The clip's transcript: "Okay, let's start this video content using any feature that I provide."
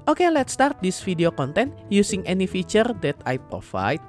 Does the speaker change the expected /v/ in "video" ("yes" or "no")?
yes